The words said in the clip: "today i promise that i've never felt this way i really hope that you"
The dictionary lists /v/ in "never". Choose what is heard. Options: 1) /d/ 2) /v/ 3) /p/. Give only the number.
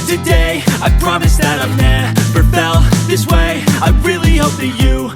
3